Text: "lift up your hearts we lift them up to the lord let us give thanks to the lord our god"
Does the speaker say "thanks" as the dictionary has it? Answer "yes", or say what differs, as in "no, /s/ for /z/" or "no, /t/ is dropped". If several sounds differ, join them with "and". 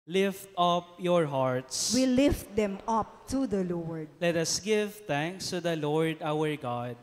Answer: no, /t/ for /θ/